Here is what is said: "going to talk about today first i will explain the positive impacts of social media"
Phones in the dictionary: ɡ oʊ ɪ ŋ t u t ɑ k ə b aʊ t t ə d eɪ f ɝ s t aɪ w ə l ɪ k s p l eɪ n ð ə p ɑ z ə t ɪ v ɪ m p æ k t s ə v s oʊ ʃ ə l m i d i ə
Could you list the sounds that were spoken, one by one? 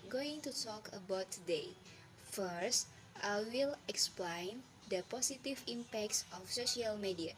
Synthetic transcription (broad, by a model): ɡ oʊ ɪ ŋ t u t ɑ k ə b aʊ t t ə d eɪ f ɝ s t aɪ w ə l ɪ k s p l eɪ n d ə p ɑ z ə t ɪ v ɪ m p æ k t s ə f s oʊ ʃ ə l m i d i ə